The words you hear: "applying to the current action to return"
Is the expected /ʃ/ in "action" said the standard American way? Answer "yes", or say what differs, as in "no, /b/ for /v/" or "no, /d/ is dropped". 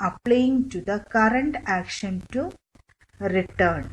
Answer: yes